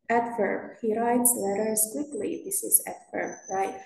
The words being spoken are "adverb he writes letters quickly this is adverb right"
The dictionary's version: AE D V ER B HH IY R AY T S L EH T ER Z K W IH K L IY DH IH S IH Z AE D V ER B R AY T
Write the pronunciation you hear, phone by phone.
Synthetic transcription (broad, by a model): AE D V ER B HH IY R AY T S L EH T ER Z K W IH K L IY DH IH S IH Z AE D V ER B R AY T